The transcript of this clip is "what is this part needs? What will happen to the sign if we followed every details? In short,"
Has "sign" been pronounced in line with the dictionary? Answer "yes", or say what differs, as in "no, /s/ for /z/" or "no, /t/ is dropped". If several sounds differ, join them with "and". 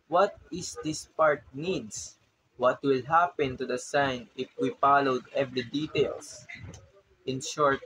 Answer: yes